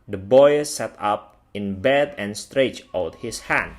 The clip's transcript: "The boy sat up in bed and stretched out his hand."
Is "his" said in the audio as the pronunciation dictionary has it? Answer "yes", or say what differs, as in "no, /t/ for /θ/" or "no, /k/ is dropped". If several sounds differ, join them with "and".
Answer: no, /s/ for /z/